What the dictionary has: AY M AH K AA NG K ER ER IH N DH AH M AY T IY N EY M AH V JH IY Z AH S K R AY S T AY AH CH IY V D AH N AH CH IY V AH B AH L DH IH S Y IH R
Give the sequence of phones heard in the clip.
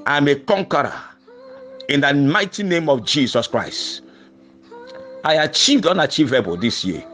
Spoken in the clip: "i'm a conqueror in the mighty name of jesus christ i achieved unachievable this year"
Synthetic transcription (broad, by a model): AY M AH K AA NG K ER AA IH N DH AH M AY T IY N EY M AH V JH IY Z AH S K R AY S T AY AH CH IY V D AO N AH CH IY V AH B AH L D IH S Y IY